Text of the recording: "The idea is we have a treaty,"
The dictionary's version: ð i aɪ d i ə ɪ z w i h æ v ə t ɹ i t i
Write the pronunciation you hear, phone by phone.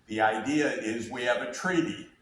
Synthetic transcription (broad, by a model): ð i aɪ d i ə ɪ z w i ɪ v ə t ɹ i t i